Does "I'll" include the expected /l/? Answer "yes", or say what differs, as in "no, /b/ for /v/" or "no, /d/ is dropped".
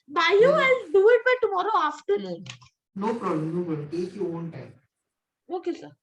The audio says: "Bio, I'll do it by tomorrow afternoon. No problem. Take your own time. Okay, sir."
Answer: no, /n/ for /l/